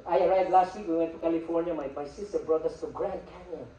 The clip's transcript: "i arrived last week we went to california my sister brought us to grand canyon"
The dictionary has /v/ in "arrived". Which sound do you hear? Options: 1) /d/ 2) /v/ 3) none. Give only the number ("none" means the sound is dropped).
3